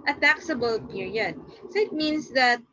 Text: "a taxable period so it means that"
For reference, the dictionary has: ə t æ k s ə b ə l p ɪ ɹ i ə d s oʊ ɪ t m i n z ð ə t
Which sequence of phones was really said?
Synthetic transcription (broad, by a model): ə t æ k s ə b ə l p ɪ ɹ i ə d s oʊ ɪ t m i n s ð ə t